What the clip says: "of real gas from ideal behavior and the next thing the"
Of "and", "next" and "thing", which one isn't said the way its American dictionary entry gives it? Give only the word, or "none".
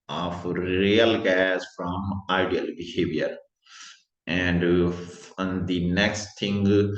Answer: thing